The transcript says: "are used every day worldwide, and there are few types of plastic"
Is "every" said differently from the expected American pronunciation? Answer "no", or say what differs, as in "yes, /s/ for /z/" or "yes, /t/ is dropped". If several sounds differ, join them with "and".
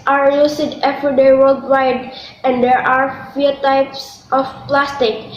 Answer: yes, /f/ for /v/